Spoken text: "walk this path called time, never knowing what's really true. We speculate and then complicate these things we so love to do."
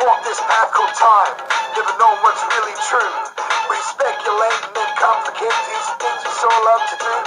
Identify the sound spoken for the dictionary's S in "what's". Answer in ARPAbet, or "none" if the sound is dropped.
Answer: S